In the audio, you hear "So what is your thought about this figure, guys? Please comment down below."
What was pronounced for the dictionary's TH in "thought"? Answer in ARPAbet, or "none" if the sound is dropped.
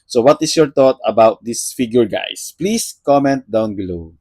T